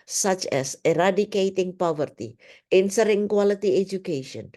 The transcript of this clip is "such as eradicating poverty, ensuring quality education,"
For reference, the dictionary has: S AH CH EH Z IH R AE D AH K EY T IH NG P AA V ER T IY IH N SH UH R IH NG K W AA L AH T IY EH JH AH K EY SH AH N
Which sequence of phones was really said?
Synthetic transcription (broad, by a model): S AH CH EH S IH R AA D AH K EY T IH NG P AA V ER T IY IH N S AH R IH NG K W AA L AH T IY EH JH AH K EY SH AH N